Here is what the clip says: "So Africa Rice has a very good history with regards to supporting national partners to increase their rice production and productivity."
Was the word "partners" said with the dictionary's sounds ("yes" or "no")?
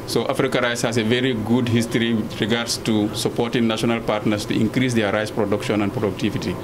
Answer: no